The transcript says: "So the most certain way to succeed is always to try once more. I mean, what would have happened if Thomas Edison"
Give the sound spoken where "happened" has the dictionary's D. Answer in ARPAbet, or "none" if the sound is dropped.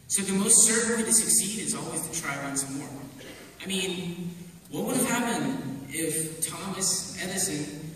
none